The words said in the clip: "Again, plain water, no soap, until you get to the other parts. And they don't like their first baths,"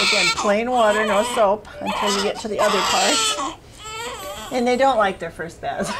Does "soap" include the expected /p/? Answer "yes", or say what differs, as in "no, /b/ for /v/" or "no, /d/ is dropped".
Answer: yes